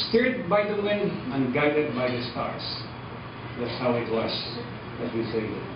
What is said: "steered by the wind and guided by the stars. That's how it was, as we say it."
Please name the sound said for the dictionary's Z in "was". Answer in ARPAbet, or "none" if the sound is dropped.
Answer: S